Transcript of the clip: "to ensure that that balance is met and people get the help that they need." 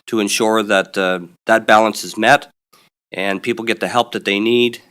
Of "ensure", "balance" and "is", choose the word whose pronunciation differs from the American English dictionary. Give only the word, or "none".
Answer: none